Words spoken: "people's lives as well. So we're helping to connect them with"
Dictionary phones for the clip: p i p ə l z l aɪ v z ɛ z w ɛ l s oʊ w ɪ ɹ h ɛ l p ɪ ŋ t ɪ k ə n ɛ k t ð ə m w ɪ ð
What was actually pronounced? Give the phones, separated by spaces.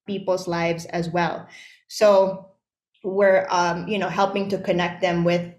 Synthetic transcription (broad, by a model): p i p l z l aɪ v z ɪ z w ɛ l s oʊ w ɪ ɹ h ɛ l p ɪ ŋ t ɪ k ə n ɛ k t ð ə m w ɪ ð